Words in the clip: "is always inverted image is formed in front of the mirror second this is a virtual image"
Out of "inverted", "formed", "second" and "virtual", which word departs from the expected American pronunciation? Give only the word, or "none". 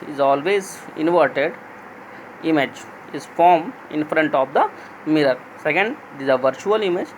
formed